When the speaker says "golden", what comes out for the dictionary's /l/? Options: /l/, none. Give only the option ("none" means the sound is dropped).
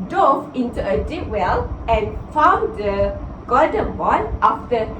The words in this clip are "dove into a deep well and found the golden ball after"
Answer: none